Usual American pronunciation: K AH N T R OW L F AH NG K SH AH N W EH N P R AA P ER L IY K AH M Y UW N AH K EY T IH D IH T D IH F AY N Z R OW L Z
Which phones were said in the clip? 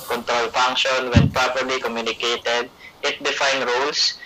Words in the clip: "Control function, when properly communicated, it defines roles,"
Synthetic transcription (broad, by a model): K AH N T R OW L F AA NG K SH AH N W EH N P R AA P ER L IY K AH M Y UW N AH K EY T IH D IH T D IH F AY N R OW L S